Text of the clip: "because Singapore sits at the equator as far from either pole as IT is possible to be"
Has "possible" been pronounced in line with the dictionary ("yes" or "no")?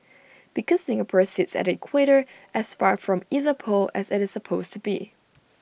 no